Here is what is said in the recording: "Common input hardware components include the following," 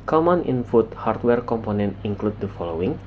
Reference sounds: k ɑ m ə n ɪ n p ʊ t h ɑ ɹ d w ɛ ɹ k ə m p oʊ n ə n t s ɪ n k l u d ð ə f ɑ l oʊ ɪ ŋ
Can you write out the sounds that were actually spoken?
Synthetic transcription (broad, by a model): k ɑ m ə n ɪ n f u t h ɑ ɹ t w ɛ ɹ k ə m p oʊ n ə n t ɪ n k l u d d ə f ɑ l oʊ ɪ ŋ